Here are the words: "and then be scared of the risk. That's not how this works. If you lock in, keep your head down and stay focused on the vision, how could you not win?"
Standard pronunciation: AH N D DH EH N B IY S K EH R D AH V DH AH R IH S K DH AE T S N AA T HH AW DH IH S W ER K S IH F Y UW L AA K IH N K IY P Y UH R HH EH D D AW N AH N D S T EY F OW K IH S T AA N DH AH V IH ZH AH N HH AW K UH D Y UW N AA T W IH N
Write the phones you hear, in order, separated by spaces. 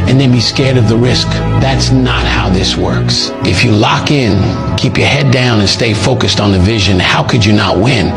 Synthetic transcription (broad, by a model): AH N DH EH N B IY S K EH R D AH V DH AH R IH S K DH AE T S N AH T HH AW DH IH S W ER K S IH F Y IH L AA K IH N K IY P Y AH R HH EH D D AW N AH N S T EY F OW K IH S T N DH AH V IH ZH AH N HH AW K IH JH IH N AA T W IH N